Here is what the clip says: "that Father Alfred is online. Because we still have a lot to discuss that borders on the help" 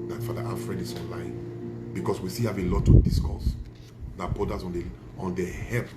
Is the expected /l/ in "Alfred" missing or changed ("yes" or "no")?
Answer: yes